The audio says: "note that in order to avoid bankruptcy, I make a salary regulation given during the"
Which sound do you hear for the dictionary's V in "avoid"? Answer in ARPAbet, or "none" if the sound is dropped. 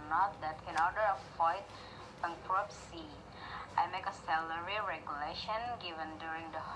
none